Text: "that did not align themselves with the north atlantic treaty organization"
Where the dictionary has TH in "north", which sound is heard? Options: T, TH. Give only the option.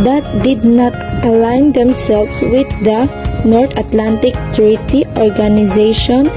T